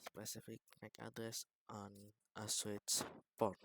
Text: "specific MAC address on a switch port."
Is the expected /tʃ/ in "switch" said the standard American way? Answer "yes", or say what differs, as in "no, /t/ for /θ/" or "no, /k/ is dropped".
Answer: no, /s/ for /tʃ/